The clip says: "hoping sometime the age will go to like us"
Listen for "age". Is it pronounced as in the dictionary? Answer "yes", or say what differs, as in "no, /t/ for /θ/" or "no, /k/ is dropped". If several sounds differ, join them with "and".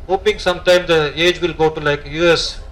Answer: yes